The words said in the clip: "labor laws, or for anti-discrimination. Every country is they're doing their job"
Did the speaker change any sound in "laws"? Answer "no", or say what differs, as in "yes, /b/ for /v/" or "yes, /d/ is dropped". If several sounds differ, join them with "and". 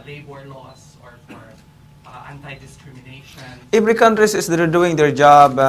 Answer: yes, /s/ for /z/